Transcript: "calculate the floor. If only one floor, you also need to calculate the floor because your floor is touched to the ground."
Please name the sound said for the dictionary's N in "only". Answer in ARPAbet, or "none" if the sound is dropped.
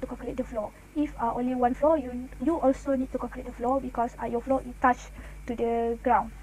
N